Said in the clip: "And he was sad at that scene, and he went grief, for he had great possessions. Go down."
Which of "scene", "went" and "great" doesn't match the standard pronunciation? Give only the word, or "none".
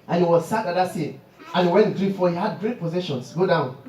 scene